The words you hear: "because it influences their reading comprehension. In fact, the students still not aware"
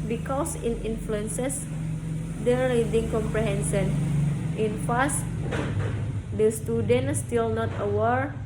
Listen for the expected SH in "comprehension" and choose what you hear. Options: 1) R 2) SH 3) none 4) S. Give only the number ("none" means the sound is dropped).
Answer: 4